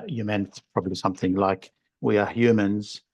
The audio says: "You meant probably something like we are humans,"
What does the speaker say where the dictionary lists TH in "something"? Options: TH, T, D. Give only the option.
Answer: TH